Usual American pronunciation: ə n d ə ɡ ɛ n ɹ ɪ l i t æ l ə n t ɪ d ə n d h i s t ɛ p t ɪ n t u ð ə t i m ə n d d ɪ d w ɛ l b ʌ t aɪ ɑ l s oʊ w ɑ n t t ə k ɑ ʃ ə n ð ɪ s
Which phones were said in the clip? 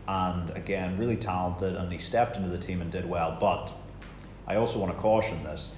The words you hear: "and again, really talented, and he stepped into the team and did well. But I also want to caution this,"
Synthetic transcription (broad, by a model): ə n ə ɡ ɛ n ɹ ɪ l i t æ l ə n t ɪ d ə n i s t ɛ p t ɪ n t u ð ə t i m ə n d d ɪ d w ɛ l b ʌ t aɪ ɑ l s oʊ w ɑ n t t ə k ɑ ʃ ə n ð ɪ s